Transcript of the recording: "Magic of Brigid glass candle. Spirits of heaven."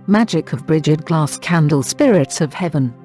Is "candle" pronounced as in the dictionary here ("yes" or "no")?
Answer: yes